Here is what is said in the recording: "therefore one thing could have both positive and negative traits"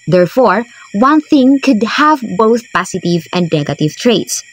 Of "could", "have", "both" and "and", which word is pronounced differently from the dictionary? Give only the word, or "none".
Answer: none